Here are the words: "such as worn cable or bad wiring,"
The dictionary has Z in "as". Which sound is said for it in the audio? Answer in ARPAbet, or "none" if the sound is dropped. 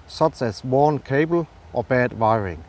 S